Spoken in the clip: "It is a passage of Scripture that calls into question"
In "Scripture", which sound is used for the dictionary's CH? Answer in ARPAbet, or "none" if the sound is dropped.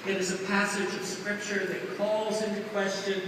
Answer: CH